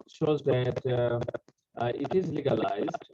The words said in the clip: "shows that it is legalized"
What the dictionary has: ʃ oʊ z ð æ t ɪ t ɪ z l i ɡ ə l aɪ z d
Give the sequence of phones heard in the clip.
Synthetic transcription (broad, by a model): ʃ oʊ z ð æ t ɪ t ɪ z l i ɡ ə l aɪ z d